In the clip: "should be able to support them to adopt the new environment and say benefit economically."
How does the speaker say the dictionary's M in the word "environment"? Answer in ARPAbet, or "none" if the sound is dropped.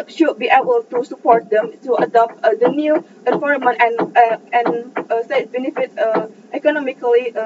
none